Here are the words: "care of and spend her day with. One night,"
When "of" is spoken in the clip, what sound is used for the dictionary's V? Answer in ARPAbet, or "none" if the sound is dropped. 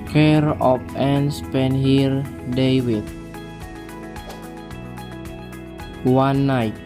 P